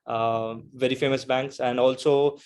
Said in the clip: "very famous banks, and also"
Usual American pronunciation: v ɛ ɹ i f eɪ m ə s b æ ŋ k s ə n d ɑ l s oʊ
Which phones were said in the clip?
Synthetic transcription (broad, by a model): v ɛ ɹ i f eɪ m ə s b æ ŋ k s ə n d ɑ l s oʊ